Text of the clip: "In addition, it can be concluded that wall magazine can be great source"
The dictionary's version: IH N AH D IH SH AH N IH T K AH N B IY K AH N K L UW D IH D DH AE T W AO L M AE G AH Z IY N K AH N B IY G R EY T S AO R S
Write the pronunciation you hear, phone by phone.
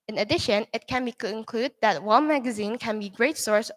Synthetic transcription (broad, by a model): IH N AH D IH SH AH N IH T K AH N B IY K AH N K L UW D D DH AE T W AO N M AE G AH Z IY N K AH N B IY G R EY T S AO R S